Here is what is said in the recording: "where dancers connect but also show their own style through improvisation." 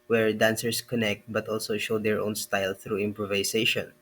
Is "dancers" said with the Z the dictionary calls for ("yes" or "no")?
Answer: no